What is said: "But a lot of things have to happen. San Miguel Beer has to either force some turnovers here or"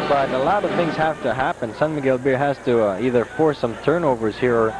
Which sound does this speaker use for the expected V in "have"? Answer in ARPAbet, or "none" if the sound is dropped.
F